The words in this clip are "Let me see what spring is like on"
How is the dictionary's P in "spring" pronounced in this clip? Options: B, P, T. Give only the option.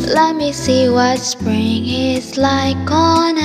P